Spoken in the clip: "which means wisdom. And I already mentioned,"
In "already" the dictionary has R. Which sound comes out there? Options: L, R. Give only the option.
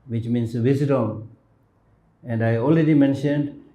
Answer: L